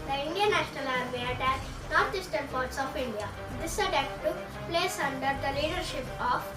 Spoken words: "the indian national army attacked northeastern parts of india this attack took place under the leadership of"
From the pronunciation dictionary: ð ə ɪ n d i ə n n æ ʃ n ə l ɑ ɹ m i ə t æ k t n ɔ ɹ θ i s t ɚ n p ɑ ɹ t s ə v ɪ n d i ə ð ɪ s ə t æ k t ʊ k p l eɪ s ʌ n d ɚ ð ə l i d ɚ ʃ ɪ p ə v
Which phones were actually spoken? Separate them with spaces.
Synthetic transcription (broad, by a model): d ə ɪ n d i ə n n æ ʃ n ə l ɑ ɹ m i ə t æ t n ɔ ɹ t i s t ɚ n p ɑ ɹ t s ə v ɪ n d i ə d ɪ s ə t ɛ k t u p l eɪ s ʌ n d ɚ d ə l i d ɚ ʃ ɪ p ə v